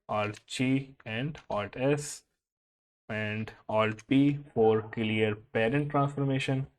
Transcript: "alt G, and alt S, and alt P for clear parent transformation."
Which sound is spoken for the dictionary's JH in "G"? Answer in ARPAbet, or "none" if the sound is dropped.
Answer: CH